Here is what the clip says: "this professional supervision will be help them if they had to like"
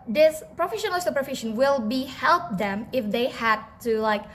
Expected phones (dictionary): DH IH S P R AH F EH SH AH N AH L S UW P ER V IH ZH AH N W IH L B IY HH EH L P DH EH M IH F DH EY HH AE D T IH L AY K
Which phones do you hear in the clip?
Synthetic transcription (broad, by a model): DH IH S P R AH F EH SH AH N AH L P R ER F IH SH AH N W IH L B IY HH EH L P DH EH M IH F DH EY HH AE D T IH L AY K